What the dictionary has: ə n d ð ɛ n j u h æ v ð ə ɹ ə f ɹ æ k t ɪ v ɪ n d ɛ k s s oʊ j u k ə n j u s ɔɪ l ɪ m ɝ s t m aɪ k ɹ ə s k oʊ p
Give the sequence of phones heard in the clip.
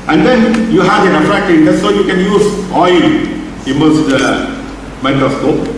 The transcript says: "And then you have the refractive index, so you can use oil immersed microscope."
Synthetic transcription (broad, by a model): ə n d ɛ n j u h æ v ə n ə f ɹ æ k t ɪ ɪ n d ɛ s s oʊ j u k ə n j u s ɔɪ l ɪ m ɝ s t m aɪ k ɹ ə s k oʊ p